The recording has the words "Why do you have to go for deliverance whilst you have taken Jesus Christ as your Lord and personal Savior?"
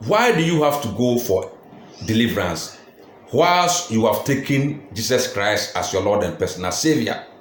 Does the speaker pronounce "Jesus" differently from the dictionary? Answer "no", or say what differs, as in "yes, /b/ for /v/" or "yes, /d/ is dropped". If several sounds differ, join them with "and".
yes, /s/ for /z/